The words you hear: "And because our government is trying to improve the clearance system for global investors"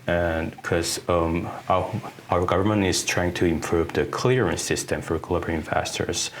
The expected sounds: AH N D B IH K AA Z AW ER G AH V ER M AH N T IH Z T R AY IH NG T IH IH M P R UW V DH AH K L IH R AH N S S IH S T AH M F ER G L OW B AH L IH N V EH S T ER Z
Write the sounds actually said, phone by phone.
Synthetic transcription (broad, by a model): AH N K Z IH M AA AW ER G AH V ER M AH N T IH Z T R AY IH NG T IH IH M P R UW V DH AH K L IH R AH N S S IH S T AH M F ER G L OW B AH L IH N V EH S T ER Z